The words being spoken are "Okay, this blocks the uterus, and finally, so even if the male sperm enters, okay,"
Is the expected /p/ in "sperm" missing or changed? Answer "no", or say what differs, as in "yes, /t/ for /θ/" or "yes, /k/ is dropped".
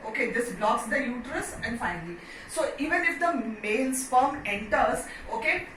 yes, /f/ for /p/